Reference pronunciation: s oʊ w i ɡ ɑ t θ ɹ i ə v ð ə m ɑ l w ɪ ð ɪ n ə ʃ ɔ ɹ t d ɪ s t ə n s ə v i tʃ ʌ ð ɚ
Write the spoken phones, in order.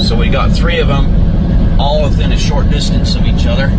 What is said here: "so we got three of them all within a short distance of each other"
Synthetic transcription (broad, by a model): s oʊ w i ɡ ɑ t θ ɹ i ə v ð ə m ɑ l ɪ ð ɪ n ə ʃ ɔ ɹ t d ɪ s t ə n s ə v i tʃ ʌ ð ɚ